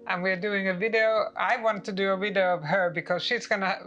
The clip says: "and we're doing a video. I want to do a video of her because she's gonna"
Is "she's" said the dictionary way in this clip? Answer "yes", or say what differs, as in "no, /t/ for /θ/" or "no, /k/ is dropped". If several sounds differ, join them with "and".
yes